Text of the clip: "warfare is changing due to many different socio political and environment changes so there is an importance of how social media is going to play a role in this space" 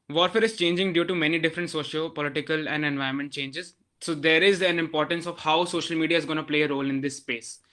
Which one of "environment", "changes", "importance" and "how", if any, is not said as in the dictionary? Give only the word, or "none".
environment